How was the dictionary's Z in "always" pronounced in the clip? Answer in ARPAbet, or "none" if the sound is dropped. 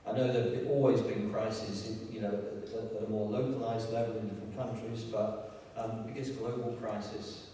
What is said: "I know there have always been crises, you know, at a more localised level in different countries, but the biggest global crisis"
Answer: Z